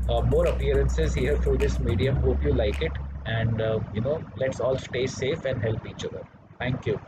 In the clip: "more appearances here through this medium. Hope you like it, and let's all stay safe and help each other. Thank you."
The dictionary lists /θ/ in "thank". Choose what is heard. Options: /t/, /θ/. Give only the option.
/t/